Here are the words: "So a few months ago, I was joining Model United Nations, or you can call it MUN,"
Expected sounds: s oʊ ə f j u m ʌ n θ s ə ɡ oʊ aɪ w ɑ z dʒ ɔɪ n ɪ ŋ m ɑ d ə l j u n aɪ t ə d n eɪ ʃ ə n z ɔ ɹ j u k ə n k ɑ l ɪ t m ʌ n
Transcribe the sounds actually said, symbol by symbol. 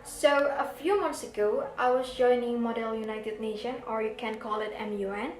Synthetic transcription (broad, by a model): s oʊ ə f j u m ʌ n s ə ɡ oʊ aɪ w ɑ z dʒ ɔɪ n ɪ ŋ m ɑ d ə l j u n aɪ t ə d n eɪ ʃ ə n ɔ ɹ j u k ə n k ɑ l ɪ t m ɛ n